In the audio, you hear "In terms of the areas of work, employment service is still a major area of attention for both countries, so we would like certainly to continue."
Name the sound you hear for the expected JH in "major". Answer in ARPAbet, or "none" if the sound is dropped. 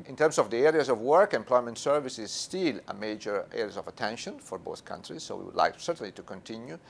JH